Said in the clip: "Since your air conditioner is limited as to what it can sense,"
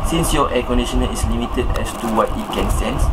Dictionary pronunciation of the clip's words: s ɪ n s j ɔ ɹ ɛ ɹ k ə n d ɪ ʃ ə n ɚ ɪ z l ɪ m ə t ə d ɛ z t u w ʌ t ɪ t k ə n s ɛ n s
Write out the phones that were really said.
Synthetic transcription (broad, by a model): s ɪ n s j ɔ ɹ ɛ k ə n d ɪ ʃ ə n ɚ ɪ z l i m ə t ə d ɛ s t u w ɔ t ɪ t k ə n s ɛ n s